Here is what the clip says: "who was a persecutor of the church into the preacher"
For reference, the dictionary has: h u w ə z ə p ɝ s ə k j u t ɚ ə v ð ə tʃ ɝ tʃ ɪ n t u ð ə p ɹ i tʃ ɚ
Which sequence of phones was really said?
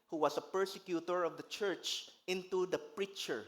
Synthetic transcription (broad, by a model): h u w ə s ə p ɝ s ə k j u t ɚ ə v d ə tʃ ɝ tʃ ɪ n t u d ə p ɹ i tʃ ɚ